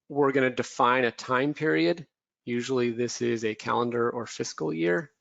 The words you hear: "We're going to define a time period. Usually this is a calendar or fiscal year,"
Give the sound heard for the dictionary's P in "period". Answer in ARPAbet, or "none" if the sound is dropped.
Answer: P